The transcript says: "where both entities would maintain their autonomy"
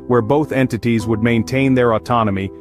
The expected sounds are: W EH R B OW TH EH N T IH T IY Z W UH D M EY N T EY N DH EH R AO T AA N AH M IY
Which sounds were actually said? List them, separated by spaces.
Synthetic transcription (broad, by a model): W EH R B OW TH EH N T IH T IY Z W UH D M EY N T EY N DH EH R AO T AA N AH M IY